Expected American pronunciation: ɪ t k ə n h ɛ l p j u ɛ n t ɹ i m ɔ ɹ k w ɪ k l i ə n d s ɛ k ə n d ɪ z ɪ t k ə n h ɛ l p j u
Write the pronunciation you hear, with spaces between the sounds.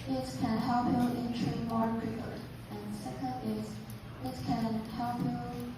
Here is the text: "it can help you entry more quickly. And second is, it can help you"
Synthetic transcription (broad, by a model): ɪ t k ə n h ɛ l p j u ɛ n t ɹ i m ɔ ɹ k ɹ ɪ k i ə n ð s ɛ k ə n d ɪ z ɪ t k ə n h ɛ l p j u